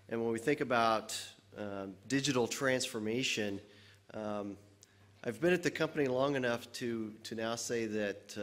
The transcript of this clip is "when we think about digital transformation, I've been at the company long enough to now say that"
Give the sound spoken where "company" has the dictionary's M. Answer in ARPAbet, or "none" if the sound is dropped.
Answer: M